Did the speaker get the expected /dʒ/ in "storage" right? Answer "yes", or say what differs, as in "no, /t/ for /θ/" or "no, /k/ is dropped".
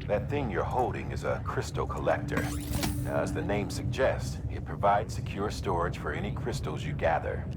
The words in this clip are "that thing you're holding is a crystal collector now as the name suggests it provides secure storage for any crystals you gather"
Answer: no, /ʒ/ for /dʒ/